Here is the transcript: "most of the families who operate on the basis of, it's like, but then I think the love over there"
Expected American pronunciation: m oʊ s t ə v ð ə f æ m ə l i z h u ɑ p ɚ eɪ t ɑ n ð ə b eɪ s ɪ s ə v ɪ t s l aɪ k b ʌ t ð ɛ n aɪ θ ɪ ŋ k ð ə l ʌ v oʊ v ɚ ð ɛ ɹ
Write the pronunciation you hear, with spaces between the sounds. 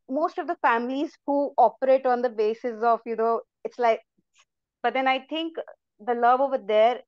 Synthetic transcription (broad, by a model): m oʊ s t ə v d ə f æ m ə l i z h u ɑ p ɚ eɪ t ɑ n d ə b eɪ s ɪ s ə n ɪ t s l aɪ k b ʌ t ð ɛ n aɪ t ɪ ŋ k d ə l ʌ v oʊ v ɚ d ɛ ɹ